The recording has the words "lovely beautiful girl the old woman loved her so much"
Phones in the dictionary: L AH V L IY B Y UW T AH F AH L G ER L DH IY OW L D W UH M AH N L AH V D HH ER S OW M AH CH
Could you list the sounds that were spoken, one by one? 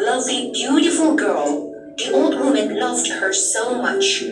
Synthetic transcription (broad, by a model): L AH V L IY B Y UW T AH F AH L G ER L DH IY OW L D W UH M AH N L AH V D HH ER S OW M AH CH